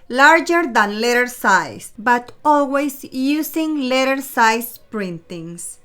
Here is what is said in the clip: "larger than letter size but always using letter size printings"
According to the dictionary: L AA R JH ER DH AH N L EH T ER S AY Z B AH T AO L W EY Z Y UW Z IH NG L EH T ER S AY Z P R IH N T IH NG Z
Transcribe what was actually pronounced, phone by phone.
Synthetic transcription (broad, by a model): L AA R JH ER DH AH N L EH T ER S AY S B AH T AO L W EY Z Y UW S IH NG L EH T ER S AY S P R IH N T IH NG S